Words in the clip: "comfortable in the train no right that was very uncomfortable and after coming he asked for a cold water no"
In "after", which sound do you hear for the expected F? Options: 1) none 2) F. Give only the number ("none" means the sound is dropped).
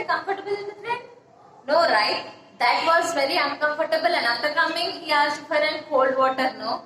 1